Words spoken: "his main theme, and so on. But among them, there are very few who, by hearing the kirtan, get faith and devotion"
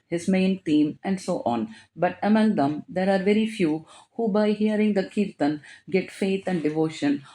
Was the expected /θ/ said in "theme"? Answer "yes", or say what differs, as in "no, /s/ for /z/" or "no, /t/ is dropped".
no, /t/ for /θ/